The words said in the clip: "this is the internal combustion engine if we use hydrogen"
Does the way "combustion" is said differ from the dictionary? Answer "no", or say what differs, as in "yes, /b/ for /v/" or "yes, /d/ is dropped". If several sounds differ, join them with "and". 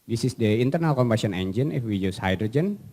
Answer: yes, /tʃ/ is dropped